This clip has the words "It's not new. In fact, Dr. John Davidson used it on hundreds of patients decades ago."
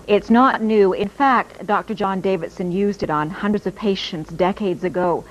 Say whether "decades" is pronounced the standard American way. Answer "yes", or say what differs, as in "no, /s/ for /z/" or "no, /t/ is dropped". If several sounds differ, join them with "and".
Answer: yes